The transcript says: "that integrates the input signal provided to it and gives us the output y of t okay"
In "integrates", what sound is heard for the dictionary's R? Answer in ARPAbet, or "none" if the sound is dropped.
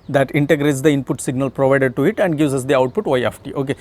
R